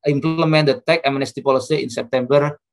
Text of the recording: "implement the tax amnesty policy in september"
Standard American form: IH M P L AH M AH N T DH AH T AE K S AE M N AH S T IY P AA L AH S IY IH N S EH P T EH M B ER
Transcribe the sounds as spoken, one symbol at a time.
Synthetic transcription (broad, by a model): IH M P L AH M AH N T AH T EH K AE M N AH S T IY P AA L AH S IY IH N S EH P T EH M B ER